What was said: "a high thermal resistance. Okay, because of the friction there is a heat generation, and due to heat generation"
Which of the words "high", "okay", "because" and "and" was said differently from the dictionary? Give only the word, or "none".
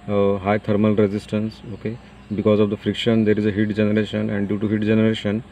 none